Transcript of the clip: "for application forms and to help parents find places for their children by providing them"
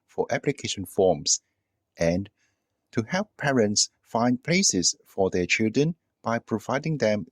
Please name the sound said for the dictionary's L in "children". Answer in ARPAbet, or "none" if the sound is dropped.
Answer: L